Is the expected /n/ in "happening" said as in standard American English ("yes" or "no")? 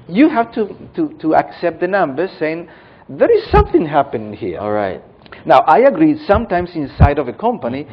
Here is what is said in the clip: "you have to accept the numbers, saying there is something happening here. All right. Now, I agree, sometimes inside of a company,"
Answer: no